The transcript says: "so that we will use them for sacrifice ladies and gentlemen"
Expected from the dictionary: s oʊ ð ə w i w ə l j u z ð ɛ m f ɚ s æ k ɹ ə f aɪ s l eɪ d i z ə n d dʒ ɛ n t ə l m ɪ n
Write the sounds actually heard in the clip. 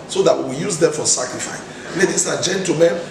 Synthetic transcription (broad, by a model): s oʊ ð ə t w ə j u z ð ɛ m f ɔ s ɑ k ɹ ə f aɪ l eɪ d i s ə dʒ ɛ n t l m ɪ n